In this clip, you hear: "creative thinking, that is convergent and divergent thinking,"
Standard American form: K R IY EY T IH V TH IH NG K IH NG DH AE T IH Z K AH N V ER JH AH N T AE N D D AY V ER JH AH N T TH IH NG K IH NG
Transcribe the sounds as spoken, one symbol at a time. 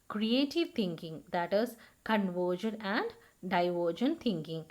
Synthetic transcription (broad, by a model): K R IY EY T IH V T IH NG K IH NG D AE T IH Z K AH N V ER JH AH N AE N D D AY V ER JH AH N T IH NG K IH NG